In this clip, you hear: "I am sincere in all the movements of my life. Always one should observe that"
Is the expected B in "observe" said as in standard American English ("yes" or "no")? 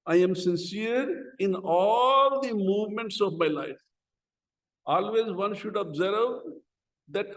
yes